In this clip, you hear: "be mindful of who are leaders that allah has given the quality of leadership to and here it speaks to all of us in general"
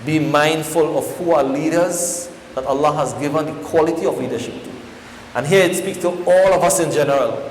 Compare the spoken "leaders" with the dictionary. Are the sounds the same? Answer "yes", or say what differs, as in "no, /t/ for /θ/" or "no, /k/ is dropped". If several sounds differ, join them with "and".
yes